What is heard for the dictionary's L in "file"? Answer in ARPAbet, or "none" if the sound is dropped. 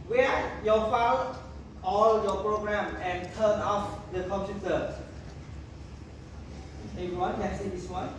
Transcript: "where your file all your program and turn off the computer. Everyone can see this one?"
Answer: W